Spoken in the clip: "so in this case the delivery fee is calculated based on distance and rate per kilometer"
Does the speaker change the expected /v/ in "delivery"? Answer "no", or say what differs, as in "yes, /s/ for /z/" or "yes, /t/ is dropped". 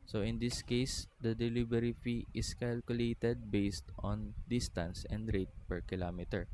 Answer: yes, /b/ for /v/